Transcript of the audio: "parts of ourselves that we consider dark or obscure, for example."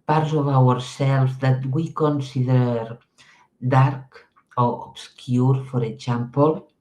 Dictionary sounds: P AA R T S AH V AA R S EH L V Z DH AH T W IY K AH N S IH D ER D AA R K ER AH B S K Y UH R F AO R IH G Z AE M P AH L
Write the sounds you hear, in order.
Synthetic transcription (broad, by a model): P AA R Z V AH W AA R S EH L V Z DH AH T W IY K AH N S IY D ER D AA R K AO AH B S K Y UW R F AO R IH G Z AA M P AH L